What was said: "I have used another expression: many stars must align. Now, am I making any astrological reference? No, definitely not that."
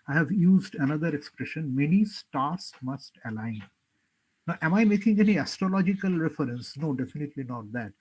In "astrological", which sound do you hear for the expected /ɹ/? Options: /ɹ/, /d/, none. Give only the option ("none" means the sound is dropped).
/ɹ/